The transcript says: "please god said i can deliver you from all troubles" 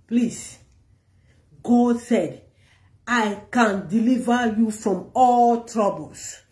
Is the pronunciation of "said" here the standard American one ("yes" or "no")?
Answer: yes